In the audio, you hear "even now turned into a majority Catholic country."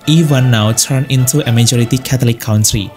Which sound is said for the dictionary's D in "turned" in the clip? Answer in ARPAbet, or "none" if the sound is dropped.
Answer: none